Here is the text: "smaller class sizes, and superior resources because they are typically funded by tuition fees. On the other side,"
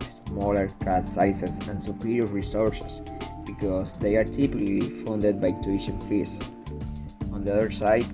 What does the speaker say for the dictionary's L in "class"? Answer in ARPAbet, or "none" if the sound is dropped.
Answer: none